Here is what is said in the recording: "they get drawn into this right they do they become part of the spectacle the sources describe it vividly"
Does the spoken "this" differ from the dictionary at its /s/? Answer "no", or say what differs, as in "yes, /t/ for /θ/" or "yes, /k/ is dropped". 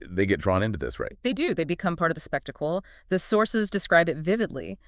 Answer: no